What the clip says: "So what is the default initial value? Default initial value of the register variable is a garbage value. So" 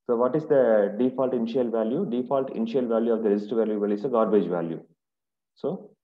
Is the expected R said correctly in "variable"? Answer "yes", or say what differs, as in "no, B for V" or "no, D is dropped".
no, L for R